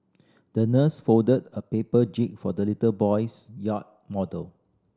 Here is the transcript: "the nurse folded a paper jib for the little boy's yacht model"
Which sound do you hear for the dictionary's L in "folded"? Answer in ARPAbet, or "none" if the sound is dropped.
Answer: none